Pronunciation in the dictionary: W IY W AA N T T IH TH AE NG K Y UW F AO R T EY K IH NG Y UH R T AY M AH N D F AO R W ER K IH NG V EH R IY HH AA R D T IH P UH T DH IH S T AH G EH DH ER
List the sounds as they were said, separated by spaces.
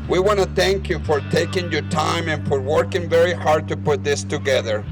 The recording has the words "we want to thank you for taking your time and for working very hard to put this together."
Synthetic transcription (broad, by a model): W IY W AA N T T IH TH AE NG K Y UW F AO R T EY K IH NG Y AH R T AY M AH N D F AO R W ER K IH NG V EH R IY HH AA R D T IH P UH T DH IH S T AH G EH DH ER